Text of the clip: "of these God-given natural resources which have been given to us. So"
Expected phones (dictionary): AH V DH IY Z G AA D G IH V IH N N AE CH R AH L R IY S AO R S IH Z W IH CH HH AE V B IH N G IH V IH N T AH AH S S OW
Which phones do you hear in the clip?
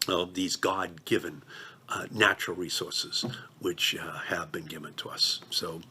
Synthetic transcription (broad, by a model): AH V DH IY Z G AA D G IH V IH N N AE CH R L R IY S AO R S IH Z W IH CH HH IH V B IH N G IH V IH N T AH AH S S OW